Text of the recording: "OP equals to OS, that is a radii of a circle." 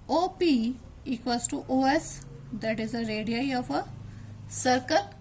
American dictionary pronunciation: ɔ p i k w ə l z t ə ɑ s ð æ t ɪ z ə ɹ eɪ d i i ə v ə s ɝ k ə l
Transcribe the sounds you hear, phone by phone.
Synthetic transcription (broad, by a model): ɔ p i k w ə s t t ə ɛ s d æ t ɪ z ə ɹ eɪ d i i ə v ə s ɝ k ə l